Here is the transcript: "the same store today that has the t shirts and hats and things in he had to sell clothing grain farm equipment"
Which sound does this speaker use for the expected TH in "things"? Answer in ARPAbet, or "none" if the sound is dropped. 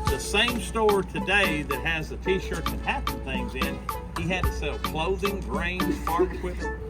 TH